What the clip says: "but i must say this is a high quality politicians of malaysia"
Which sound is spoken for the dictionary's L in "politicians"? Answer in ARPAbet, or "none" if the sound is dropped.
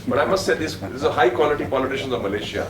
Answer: L